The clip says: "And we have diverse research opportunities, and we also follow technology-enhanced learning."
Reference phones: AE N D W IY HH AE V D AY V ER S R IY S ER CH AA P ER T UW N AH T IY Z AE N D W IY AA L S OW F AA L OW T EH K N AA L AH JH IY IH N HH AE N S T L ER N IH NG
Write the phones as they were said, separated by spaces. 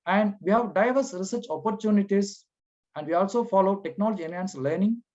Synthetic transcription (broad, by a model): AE N D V IY HH AE V D AY V ER S R IY S ER CH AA P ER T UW N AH T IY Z AE N D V IY AA L S OW F AA L OW T EH K N AA L AH JH IY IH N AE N S L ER N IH NG